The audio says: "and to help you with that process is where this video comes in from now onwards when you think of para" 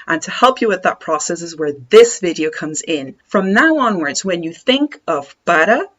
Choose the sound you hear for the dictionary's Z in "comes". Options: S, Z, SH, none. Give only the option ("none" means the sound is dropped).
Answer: Z